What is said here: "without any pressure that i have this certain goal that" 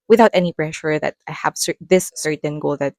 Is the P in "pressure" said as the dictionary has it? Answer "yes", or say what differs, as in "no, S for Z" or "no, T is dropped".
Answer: no, B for P